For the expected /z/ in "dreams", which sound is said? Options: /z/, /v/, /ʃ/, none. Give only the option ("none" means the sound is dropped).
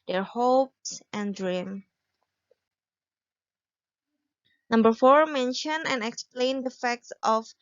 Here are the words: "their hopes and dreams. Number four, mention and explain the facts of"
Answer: none